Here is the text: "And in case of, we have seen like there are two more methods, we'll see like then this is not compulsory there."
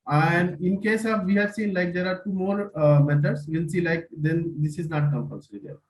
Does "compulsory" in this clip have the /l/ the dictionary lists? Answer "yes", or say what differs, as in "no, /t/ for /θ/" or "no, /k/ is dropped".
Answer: no, /n/ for /l/